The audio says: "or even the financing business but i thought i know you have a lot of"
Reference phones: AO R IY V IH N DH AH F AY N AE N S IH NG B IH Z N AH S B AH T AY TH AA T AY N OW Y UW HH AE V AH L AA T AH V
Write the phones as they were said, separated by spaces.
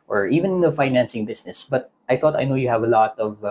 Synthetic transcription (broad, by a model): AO R IY V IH N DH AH F AY N AE N S IH NG B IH S N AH S B AH T AY TH AA T AY N OW Y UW HH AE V AH L AA T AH V